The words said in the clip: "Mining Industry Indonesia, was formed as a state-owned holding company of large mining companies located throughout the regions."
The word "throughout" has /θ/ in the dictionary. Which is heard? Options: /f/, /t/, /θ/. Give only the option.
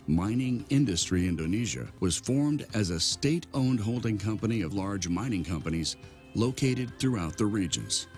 /θ/